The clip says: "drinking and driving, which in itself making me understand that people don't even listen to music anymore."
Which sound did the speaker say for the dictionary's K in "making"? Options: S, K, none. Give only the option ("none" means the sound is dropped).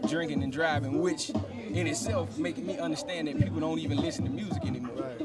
none